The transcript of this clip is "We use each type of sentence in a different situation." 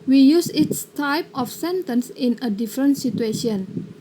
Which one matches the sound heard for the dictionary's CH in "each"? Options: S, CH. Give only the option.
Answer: S